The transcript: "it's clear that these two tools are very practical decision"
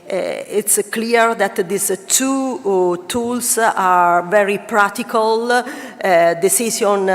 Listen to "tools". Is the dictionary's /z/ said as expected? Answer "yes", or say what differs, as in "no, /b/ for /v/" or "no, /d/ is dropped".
no, /s/ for /z/